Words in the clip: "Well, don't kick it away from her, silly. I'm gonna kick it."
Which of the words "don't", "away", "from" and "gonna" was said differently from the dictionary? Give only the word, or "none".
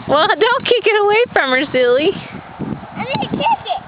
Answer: gonna